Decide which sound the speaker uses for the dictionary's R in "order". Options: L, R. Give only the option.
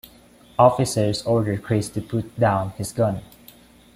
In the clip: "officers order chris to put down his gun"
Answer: R